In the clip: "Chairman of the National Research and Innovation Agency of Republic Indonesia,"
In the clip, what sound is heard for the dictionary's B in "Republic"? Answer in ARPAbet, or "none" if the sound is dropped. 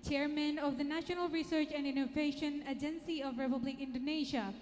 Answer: B